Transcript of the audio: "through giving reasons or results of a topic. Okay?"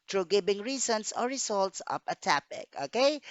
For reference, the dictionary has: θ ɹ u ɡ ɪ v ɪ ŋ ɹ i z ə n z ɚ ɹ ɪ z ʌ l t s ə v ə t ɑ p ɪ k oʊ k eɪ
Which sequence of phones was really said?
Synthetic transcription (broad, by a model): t ɹ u ɡ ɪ b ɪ ŋ ɹ i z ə n s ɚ ɹ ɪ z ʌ l t s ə p ə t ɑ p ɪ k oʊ k eɪ